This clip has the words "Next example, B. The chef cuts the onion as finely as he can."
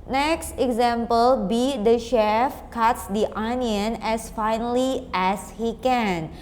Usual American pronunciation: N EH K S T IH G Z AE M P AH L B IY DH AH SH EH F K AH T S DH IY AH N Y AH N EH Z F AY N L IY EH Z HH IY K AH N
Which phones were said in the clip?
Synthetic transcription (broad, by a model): N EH K S T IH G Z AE M P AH L B IY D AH SH EH F K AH T S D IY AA N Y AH N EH S F AY N L IY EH S HH IY K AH N